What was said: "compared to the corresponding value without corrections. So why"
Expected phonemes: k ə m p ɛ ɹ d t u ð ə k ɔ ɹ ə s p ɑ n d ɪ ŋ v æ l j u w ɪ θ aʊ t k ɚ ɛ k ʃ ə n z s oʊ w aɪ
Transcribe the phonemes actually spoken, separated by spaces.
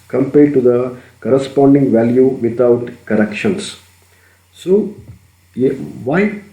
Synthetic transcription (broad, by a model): k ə m p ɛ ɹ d t u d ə k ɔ ɹ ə s p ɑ n d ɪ ŋ v æ l j u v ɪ t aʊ t k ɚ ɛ k ʃ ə n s s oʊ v aɪ